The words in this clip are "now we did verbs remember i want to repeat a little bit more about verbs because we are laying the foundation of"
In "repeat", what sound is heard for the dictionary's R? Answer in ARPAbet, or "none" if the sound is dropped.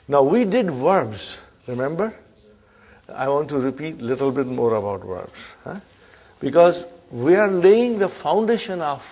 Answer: R